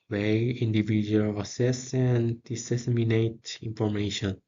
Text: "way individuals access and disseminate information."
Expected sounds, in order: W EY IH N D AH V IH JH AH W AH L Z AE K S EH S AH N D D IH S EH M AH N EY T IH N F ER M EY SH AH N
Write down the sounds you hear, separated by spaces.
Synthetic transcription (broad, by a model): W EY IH N D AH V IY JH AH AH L AA S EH S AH N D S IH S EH M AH N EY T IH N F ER M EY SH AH N